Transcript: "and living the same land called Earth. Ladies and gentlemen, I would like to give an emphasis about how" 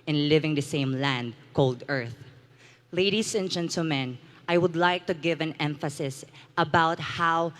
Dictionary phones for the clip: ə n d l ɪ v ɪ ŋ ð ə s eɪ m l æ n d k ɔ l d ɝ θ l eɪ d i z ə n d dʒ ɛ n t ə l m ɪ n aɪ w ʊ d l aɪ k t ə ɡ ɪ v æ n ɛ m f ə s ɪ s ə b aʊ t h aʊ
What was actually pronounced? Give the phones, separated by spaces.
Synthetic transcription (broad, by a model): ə n l ɪ v ɪ ŋ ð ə s eɪ m l æ n d k ɔ l d ɝ θ l eɪ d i s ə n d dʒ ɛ n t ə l m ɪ n aɪ w ʊ d l aɪ k t ə ɡ ɪ v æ n ɛ m f ə s ɪ s ə b aʊ t h aʊ